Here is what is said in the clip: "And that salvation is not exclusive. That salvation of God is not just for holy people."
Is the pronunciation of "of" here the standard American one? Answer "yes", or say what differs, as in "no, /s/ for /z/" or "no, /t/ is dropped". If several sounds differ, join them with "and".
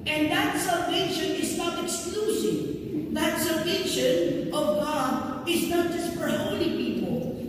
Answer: yes